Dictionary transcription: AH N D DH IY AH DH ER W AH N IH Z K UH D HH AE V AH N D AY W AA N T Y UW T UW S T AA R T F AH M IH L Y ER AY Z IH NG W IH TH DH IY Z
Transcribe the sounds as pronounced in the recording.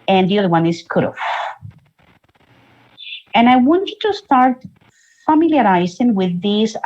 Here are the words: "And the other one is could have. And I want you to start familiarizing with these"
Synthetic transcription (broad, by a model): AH N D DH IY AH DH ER W AH N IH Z K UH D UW F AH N AY W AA N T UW T UW S T AA R T F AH M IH L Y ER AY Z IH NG W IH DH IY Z